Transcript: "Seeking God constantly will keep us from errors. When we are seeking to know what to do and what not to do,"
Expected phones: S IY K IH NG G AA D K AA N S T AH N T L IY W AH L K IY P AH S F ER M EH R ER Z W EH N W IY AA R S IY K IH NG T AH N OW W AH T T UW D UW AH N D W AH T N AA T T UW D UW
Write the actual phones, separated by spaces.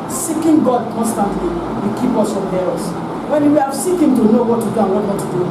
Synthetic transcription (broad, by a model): S IY K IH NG G AA D K AA N S T AH N T L IY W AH K IY P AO S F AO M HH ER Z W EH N W IY AA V S IY K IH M T AH N OW W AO T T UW D UW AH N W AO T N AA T T UW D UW